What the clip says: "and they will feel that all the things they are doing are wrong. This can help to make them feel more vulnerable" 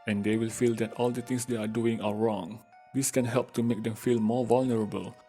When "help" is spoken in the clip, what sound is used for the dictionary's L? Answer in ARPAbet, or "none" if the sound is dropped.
L